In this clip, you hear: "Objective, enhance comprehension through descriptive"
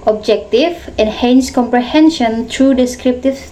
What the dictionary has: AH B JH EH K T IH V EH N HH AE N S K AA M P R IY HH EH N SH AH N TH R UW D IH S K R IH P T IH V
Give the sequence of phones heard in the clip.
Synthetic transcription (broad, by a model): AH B JH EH K T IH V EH N HH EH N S K AA M P R IY HH EH N SH AH N T R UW D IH S K R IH P T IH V